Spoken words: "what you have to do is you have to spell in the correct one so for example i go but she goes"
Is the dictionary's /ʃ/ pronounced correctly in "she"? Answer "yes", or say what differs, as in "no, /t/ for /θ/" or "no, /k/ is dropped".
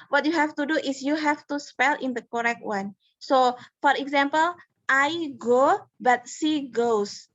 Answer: no, /s/ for /ʃ/